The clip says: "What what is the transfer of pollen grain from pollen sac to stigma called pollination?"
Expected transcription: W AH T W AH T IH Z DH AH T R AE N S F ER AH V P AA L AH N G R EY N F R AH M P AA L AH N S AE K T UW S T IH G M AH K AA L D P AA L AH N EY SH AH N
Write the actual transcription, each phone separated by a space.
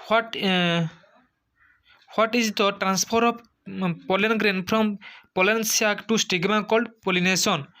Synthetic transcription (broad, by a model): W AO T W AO T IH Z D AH T R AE N S P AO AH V P AA L AH N G R EY N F R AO M P AA L AH N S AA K T UW S T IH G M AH K AA L D P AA L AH N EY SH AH N